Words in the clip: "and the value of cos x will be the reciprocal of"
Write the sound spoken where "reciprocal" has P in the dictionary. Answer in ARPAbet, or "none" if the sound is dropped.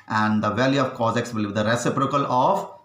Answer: P